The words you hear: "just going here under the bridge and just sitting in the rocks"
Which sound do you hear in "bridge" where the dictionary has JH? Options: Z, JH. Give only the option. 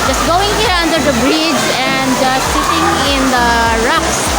JH